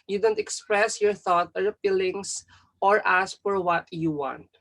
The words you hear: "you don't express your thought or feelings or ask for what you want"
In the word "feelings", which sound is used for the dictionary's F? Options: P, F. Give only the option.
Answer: P